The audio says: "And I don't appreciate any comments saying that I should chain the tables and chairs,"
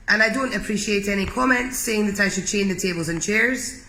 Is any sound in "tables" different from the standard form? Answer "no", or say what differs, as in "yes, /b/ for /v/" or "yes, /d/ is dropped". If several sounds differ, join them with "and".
no